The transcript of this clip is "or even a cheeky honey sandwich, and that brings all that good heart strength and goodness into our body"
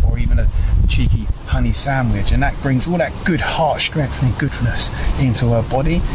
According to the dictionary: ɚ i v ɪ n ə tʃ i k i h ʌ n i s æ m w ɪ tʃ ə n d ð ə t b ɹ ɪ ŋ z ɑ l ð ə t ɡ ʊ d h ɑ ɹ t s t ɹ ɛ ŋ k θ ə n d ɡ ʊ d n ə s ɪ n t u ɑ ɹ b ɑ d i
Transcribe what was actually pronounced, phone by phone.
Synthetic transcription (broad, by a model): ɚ i v ɪ n ə tʃ i k i h ʌ n i s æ m w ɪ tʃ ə n ð ə t b ɹ ɪ ŋ z ɑ l ð ə t ɡ ʊ d h ɑ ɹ t s t ɹ ɛ ŋ k θ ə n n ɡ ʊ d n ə s ɪ n t u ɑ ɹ b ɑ d i